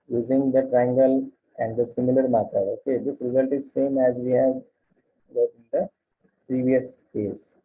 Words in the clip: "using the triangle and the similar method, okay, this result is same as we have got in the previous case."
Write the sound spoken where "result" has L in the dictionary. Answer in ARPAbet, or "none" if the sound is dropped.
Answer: L